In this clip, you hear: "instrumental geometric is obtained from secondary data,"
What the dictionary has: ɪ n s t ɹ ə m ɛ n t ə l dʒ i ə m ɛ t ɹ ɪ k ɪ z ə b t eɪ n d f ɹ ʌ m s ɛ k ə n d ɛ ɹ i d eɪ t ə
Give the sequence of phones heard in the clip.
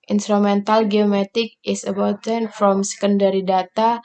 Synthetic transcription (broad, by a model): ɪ n s t ɹ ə m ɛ n t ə l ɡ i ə m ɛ t ɪ k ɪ s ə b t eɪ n f ɹ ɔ m s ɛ k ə n d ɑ ɹ i d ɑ t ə